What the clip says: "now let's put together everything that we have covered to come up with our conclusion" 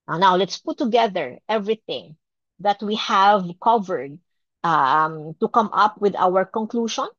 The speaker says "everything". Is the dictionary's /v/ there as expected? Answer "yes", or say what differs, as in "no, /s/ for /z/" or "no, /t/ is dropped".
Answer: yes